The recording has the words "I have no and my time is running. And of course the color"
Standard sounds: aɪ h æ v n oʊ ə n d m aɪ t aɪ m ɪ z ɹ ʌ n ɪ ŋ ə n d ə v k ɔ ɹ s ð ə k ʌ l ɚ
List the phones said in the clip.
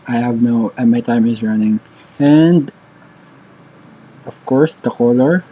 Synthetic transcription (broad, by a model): aɪ h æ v n oʊ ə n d m aɪ t aɪ m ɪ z ɹ ʌ n ɪ ŋ ə n d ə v k ɔ ɹ s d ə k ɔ l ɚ